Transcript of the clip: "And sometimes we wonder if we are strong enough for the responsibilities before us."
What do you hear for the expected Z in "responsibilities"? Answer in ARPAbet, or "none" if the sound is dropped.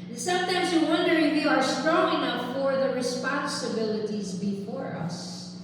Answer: Z